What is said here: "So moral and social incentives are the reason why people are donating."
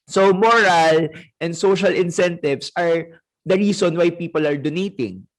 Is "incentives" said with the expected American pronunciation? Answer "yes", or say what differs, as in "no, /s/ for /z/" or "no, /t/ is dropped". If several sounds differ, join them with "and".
no, /s/ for /z/